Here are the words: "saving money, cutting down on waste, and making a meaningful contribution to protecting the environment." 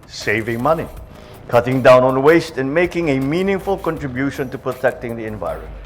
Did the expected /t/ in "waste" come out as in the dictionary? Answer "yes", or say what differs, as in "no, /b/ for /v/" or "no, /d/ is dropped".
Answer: yes